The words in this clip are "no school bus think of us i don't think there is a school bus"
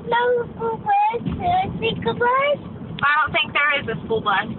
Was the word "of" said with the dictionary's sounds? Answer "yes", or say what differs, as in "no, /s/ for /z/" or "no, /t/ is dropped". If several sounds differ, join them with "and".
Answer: no, /b/ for /v/